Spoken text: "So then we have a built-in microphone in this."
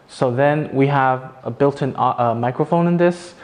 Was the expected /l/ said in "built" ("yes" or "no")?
yes